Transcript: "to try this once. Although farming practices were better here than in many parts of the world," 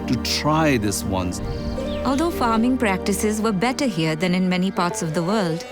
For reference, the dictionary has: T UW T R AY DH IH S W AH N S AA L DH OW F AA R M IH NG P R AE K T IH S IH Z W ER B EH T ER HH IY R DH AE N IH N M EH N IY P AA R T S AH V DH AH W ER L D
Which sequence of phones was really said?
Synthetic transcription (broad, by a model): T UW T R AY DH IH S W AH N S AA L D OW F AA R M IH NG P R AE K T IH S IH Z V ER B EH T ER HH IY R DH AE N IH N M EH N IY P AA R T S AH V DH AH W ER L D